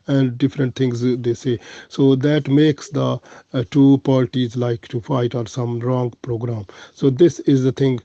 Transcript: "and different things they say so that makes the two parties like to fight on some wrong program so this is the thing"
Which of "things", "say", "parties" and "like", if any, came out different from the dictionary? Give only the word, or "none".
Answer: things